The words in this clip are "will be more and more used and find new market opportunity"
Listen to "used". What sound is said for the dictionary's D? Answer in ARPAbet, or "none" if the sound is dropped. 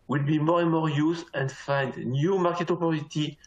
none